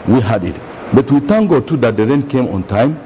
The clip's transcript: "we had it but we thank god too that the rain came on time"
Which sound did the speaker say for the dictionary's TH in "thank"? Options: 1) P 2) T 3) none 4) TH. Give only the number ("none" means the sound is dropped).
2